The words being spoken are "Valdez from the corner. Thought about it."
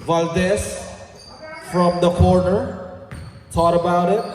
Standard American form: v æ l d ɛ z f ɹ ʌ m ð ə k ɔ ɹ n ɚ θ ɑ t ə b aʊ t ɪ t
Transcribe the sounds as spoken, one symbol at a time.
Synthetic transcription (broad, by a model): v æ l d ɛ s f ɹ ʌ m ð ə k ɔ ɹ n ɚ t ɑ t ə b aʊ t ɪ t